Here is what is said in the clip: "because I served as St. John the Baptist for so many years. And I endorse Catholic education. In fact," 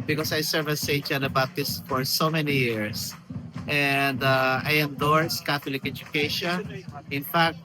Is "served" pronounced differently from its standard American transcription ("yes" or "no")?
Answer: yes